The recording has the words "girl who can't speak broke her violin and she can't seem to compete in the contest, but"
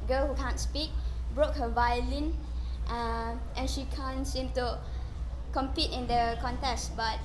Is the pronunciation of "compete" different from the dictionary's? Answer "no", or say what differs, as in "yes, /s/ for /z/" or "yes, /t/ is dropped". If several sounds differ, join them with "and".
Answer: no